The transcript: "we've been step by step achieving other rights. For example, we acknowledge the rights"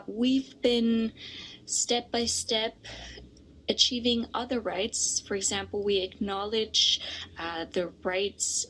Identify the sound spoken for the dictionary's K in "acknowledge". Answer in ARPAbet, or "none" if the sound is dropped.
K